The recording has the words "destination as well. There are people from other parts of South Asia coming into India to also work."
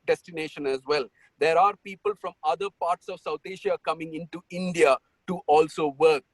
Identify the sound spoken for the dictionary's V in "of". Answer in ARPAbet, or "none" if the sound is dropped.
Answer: V